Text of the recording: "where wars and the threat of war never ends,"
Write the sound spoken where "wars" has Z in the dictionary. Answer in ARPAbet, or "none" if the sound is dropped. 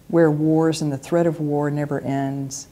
Z